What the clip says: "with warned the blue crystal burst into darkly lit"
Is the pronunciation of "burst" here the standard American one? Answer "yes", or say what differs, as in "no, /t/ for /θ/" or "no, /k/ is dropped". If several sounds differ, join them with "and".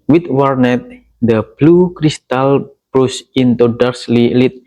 no, /t/ is dropped